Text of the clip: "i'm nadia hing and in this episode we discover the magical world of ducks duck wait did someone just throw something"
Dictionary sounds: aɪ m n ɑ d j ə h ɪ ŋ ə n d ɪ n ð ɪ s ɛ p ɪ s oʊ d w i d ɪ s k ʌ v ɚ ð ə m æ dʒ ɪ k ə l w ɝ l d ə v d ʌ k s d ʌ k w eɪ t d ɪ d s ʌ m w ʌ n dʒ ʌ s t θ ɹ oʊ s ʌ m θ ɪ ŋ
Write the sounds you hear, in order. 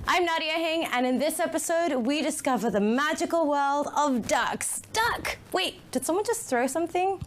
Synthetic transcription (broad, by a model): aɪ m n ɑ d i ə h ɪ ŋ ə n ɪ n ð ɪ s ɛ p ɪ s oʊ d w i d ɪ s k ʌ v ɚ ð ə m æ dʒ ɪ k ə l w ɝ l d ə v d ʌ k s d ʌ k w eɪ t d ɪ d s ʌ m w ʌ n dʒ ʌ s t θ ɹ oʊ s ʌ m θ ɪ ŋ